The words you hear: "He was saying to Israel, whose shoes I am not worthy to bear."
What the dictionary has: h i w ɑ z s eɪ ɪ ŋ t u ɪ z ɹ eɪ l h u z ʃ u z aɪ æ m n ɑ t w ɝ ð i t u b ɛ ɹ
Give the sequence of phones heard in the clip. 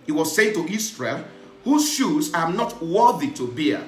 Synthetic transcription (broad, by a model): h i w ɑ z s eɪ ɪ ŋ t u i s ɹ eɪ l h u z ʃ u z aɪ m n ɑ t w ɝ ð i t u b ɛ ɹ